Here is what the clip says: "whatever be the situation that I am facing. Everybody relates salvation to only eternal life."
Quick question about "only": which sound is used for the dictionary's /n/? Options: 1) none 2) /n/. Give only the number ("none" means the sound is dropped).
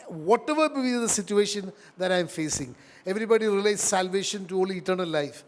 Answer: 1